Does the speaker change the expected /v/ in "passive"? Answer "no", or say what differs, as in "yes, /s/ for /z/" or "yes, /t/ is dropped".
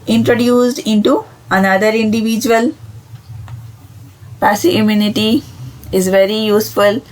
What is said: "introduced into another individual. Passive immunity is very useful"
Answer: yes, /v/ is dropped